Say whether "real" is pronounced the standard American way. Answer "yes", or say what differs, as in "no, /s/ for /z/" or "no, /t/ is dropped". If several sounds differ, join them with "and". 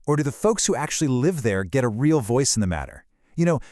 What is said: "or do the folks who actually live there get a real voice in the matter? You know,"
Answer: yes